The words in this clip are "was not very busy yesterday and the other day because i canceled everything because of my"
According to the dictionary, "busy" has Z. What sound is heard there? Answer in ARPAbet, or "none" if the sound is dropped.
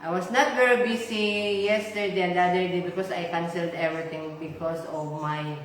S